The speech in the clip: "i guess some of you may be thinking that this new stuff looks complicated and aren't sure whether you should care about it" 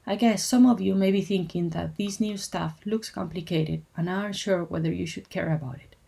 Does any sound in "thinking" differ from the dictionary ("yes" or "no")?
no